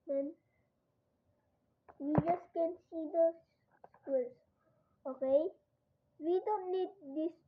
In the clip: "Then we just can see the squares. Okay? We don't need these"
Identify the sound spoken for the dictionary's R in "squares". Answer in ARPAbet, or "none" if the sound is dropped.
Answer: L